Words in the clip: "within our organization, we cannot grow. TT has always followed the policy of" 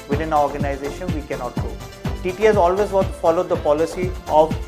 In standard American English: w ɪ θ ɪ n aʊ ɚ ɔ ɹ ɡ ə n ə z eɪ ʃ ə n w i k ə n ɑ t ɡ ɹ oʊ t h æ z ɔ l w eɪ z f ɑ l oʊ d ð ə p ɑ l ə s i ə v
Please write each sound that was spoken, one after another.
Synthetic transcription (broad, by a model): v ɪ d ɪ n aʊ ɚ ɔ ɹ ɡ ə n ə z eɪ ʃ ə n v i k ə n ɑ t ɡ oʊ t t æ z ɔ l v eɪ z f ɑ l oʊ d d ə p ɑ l ə s i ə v